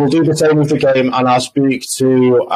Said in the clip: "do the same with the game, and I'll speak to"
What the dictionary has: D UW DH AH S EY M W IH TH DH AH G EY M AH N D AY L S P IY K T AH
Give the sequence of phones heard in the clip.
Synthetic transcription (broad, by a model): D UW DH AH S EY M W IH DH AH G EY M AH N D AY L S P IY K T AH